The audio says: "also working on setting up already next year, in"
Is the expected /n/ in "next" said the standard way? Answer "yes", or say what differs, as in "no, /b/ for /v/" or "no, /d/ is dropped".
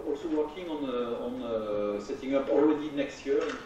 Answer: yes